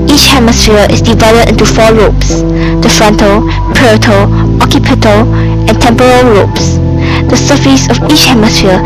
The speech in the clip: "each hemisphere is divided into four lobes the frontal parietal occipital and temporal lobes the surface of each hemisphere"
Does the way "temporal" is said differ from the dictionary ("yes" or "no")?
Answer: no